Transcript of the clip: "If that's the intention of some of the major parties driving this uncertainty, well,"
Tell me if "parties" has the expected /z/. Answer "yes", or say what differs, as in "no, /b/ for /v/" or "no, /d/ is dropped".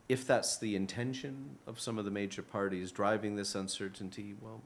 yes